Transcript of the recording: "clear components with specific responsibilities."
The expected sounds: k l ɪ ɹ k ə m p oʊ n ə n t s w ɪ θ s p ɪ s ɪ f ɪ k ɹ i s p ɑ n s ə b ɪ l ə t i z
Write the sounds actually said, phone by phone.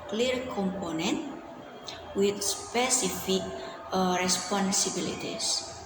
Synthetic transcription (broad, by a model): k l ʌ ɹ k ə m p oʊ n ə n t w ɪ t s p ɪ s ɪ f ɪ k ɹ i s p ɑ n s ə b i l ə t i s